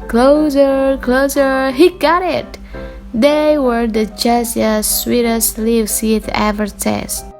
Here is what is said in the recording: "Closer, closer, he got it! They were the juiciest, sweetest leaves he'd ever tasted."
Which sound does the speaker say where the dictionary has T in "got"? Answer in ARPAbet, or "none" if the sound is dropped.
T